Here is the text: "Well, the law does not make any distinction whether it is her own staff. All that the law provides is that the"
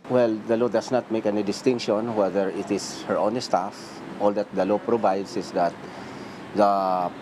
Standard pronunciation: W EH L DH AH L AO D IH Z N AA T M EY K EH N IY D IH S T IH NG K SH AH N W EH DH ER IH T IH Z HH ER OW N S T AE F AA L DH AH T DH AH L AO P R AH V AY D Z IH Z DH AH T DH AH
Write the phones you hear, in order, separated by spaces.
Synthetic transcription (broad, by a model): W EH L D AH L AO D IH S N AA T M EY K EH N IY D IH S T IH NG K SH AH N W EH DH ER IH T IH S HH ER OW N S T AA F AA L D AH T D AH L AO P R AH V AY D S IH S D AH T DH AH